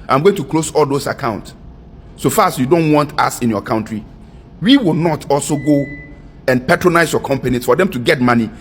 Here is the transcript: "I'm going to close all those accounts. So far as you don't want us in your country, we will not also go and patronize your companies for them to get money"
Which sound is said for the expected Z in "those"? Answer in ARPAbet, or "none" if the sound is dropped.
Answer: S